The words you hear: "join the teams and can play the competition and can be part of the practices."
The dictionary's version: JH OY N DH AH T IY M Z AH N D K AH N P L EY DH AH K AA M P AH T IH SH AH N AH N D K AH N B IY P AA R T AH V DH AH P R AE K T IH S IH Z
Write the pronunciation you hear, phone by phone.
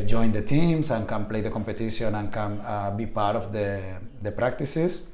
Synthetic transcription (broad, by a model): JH OY N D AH T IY M S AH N K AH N P L EY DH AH K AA M P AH T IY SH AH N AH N K AH N B IY P AA R T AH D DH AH P R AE K T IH S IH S